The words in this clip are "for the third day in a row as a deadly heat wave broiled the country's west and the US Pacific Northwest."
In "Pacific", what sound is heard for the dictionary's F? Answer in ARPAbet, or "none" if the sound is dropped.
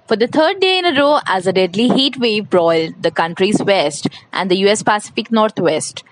F